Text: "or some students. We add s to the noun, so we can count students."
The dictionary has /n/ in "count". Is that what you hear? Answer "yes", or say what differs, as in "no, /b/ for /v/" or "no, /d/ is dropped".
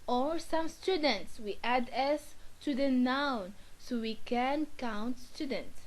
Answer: yes